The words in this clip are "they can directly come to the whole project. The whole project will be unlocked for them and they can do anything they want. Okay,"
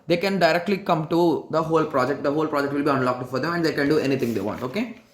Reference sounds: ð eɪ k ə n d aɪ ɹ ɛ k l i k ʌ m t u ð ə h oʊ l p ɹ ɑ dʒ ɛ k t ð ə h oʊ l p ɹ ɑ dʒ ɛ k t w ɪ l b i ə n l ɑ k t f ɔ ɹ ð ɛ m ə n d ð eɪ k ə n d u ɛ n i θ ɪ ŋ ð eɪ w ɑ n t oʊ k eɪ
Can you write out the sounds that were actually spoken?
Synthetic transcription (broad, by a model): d eɪ k ə n d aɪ ɹ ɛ k l i k ʌ m t u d ə h oʊ l p ɹ ɑ dʒ ɛ k t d ə h oʊ l p ɹ ɑ dʒ ɛ k t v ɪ l b i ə n l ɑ k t f ɔ ɹ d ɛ m ə n d eɪ k ə n d u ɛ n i t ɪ ŋ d eɪ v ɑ n t oʊ k eɪ